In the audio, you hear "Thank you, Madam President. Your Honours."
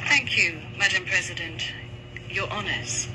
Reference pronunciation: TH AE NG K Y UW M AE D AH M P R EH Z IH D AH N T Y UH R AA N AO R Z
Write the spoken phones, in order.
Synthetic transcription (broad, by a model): TH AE NG K Y UW M AE D AH M P R EH Z IH D AH N T Y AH R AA N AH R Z